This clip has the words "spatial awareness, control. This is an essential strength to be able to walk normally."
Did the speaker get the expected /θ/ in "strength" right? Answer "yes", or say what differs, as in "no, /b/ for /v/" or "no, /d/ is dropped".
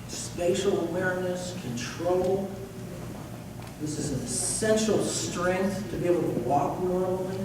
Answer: yes